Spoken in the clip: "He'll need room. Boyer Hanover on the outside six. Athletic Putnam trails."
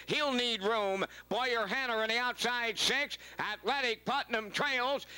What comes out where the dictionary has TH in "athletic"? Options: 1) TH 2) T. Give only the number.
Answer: 2